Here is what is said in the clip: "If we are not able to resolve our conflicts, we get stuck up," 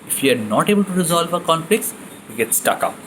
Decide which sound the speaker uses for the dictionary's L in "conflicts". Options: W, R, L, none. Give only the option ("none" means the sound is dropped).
L